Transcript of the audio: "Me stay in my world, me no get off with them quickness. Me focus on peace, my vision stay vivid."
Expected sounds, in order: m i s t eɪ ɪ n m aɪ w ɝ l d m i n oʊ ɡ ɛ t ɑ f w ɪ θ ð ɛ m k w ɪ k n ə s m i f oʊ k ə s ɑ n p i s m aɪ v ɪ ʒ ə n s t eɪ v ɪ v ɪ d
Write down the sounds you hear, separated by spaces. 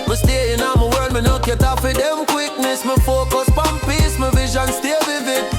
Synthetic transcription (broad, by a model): m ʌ s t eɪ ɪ n m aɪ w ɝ d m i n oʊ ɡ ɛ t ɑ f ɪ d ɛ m k w ɪ k n ə s m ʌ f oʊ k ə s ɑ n p i s m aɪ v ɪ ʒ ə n s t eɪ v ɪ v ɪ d